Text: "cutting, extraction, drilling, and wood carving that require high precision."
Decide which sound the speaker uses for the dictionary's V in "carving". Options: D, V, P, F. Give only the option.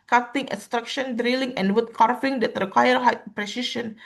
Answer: F